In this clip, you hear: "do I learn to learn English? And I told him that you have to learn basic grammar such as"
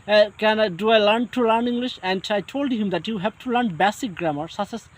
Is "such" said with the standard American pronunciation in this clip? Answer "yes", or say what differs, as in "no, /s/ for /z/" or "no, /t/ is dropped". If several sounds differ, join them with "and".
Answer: no, /s/ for /tʃ/